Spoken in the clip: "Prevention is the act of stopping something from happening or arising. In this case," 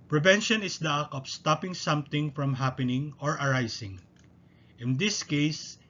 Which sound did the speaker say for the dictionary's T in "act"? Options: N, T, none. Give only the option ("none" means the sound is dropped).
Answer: none